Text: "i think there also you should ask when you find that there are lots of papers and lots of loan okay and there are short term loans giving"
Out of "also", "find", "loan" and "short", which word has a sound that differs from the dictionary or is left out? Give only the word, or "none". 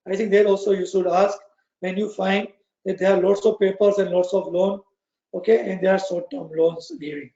short